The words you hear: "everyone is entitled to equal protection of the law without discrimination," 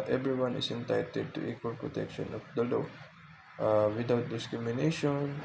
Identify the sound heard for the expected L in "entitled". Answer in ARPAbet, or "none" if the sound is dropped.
none